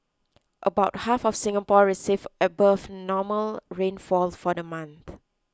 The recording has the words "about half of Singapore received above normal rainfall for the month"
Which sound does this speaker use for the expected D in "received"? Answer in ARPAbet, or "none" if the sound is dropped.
none